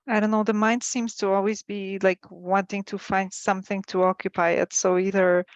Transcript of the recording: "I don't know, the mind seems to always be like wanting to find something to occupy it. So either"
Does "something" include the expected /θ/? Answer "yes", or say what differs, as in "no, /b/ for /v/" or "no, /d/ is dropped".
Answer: yes